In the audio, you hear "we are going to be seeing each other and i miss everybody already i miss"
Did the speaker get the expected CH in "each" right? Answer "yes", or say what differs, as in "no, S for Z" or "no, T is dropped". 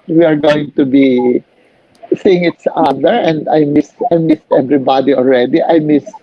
no, S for CH